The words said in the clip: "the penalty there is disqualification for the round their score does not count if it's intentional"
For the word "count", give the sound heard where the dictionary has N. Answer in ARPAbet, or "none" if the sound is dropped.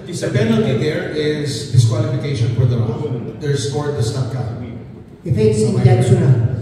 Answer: none